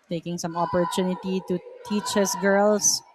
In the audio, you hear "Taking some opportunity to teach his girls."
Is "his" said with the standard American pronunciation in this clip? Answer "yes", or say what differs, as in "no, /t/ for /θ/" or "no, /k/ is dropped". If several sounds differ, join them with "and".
no, /s/ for /z/